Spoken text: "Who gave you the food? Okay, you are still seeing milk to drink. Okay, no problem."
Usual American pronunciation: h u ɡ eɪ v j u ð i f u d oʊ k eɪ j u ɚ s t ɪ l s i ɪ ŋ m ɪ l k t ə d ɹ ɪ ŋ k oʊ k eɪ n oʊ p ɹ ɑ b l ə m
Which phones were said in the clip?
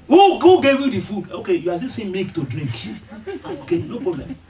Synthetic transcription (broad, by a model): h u ɡ eɪ v j u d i f u d oʊ k eɪ j u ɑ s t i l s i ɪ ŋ m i k t ə d ɹ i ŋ k oʊ k eɪ n oʊ p ɹ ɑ b l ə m